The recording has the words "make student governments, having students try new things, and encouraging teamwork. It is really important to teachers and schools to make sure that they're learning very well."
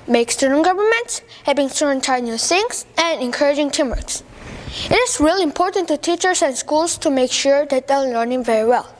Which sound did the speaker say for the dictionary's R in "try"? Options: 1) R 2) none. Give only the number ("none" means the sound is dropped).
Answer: 2